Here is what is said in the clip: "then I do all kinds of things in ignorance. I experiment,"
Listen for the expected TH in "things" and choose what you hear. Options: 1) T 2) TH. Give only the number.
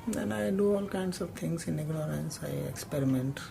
1